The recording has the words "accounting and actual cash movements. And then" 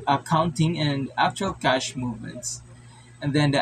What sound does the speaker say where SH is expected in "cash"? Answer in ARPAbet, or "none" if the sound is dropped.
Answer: SH